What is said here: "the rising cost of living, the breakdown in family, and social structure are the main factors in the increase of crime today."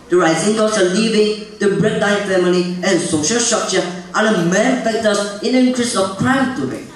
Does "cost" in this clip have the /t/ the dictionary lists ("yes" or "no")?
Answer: no